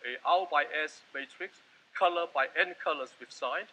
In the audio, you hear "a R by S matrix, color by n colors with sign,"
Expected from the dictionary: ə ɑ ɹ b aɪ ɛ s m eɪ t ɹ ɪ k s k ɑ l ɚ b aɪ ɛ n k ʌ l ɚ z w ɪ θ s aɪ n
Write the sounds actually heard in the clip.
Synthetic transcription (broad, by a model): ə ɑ l b aɪ ɛ s m eɪ t ɹ ɪ k s k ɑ l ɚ b aɪ ɛ n k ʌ l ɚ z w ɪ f s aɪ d